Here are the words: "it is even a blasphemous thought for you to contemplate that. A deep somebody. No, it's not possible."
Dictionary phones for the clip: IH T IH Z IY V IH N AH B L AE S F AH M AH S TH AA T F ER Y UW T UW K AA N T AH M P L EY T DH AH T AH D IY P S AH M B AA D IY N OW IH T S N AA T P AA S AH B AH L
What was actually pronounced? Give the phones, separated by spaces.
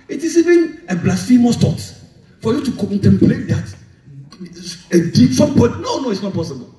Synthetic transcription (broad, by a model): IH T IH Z IY V IH N AH B L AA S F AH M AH S T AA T F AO Y UW T UW K AA N T AH M P L EY T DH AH T AH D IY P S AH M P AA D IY N OW IH T S N AA T P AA S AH B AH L